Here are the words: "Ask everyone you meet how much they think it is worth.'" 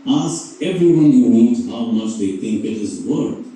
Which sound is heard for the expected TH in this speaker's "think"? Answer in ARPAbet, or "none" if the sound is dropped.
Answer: T